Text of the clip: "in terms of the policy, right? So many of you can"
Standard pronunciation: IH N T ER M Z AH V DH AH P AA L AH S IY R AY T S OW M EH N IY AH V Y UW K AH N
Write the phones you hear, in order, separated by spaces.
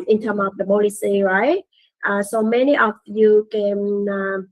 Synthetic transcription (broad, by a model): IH N T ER M AH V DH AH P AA L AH S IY R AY T S OW M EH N IY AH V Y UW K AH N